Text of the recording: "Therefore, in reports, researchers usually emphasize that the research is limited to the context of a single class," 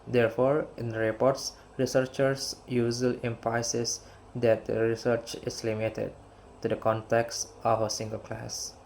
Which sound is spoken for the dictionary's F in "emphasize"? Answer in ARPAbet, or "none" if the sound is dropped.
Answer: P